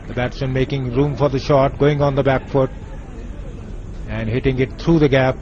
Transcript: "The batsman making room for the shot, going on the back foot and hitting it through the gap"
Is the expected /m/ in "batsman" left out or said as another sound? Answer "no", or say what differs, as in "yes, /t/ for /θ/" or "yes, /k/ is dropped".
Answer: yes, /m/ is dropped